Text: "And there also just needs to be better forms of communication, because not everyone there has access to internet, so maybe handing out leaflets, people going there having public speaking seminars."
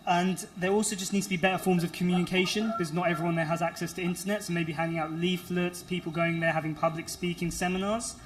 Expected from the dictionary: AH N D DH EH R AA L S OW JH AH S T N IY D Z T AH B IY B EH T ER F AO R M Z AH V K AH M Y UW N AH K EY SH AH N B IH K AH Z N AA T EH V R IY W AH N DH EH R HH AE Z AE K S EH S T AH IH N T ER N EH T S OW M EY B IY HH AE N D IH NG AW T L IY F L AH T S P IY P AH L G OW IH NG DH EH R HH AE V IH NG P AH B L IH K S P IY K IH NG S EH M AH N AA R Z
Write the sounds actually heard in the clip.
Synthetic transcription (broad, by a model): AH N DH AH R AA L S OW JH AH S N IY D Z T AH B IY B EH T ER F AO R M Z AH V K AH M Y UW N AH K EY SH AH N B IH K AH Z N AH T EH V R IY W AH N DH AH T HH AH Z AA K S EH S T AH IH N T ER N EH T S OW M EY B IY HH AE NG IH NG AW T L IY F L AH T S P IY P AH L G OW IH NG DH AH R HH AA V IH NG P AH B L IH K S P IY K IH NG S EH M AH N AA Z